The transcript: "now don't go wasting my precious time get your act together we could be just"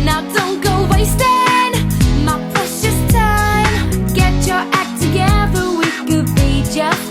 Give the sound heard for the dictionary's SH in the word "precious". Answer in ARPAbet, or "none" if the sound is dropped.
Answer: S